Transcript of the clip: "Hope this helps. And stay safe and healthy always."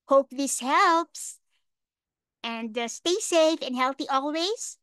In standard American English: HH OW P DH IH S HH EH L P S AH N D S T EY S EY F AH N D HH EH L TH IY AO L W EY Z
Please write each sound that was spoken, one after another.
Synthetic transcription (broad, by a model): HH OW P DH IH S HH EH L P S AH N D S T EY S EY F AH N D HH EH L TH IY AO L W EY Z